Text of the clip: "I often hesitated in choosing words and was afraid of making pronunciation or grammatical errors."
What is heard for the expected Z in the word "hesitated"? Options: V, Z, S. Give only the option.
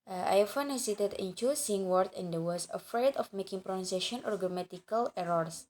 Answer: S